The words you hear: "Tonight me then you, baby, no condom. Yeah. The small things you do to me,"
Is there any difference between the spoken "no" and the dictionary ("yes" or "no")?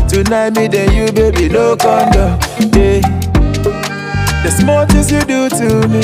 yes